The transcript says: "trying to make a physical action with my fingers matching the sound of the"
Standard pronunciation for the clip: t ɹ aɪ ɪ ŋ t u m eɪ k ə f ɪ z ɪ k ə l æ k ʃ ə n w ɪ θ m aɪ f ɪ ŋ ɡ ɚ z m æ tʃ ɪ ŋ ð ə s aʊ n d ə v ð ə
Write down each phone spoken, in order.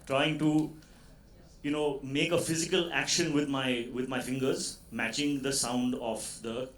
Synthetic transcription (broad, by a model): t ɹ aɪ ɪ ŋ t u m eɪ k ə f ɪ z ɪ k ə l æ k ʃ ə n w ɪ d m aɪ f ɪ ŋ ɡ ɚ z m æ tʃ ɪ ŋ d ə s aʊ n d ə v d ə